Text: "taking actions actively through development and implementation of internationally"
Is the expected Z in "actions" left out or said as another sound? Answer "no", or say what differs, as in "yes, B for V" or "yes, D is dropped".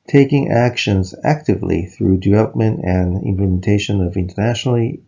no